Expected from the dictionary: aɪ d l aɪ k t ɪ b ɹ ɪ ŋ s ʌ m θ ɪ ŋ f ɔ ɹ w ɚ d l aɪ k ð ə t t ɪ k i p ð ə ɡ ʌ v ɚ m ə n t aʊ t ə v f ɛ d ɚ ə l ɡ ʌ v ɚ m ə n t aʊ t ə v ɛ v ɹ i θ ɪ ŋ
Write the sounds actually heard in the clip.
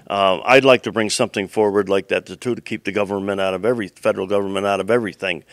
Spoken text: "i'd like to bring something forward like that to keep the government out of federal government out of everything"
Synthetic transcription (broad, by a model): aɪ d l aɪ k t ɪ b ɹ ɪ ŋ s ʌ m θ ɪ ŋ f ɔ ɹ w ɚ d l aɪ k ð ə t t ɪ k i p ð ə ɡ ʌ v ɚ m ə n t aʊ t ə v f ɛ d ɚ l ɡ ʌ v ɚ m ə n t aʊ t ə v ɛ v ɹ i θ ɪ ŋ